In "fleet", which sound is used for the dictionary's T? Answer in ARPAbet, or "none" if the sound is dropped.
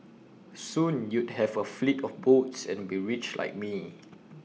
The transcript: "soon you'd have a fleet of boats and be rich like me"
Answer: T